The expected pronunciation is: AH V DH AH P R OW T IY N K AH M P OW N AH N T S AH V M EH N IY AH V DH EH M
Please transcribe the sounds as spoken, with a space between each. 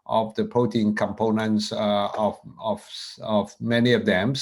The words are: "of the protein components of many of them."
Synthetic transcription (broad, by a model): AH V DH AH P OW T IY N K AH M P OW N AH N T S AH V M EH N IY AH V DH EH M